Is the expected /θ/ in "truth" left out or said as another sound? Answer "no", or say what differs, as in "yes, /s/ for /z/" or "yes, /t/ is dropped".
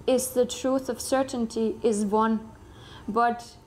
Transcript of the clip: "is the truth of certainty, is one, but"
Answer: no